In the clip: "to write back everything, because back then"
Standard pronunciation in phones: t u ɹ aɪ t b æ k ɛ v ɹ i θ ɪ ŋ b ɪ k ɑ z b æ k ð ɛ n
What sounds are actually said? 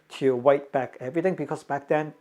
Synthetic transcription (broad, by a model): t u w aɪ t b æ k ɛ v ɹ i t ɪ ŋ b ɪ k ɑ s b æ k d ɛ n